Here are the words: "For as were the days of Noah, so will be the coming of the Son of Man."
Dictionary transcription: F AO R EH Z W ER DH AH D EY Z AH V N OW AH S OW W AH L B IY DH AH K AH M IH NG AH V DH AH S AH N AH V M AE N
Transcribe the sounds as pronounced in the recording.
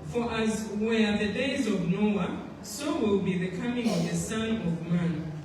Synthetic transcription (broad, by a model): F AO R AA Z W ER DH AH D EY Z AH V N OW AH S OW W AH L B IY DH AH K AH M IH NG AH V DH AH S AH N AH V M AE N